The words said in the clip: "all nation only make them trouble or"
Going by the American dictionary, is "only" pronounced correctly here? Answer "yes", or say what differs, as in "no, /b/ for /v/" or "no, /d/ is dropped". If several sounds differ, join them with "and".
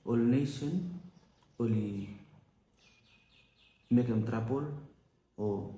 no, /n/ is dropped